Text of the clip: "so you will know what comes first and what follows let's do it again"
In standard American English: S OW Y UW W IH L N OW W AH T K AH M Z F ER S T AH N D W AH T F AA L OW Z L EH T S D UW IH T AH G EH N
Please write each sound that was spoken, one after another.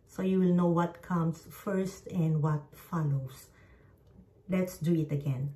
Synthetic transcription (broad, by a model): S OW Y UW W IH L N OW W AH T K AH M S F ER S T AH N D W AH T F AA L OW S L EH T S D UW IH T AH G EH N